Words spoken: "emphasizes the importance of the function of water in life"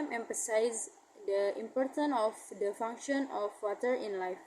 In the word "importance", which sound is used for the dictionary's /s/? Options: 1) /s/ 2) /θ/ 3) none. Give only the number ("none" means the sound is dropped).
3